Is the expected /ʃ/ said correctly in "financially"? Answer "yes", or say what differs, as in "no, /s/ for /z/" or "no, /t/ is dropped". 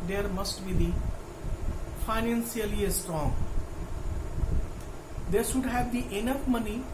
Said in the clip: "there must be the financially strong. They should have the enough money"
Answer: no, /s/ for /ʃ/